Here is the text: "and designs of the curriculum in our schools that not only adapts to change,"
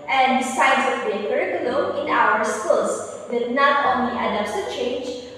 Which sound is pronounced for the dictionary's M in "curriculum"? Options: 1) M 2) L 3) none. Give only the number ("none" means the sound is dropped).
3